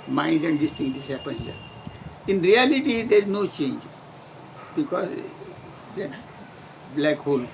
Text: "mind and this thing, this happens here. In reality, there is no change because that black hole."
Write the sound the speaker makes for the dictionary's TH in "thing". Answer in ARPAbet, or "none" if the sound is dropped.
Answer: T